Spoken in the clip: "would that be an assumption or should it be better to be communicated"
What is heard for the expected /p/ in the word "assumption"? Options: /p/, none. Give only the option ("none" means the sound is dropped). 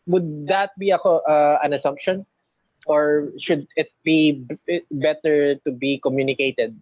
/p/